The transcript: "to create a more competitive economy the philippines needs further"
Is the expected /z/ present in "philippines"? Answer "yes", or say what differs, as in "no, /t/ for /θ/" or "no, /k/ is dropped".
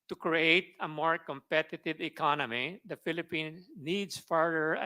no, /z/ is dropped